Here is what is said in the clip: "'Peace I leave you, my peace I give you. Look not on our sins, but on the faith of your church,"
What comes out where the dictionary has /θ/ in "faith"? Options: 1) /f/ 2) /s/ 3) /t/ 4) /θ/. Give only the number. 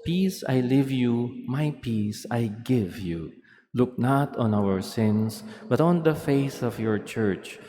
2